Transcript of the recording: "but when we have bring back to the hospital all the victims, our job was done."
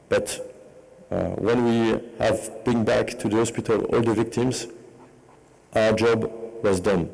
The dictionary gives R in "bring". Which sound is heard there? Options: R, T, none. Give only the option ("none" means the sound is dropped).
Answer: none